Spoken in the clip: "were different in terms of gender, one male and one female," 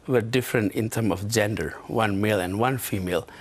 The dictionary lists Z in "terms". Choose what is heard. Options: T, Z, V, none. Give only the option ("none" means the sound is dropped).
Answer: none